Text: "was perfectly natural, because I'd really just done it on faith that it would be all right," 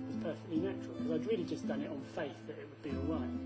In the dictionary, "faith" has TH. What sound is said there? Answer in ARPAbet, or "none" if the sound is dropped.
TH